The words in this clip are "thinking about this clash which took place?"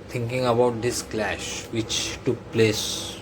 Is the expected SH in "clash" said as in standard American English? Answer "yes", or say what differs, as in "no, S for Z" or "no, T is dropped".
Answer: yes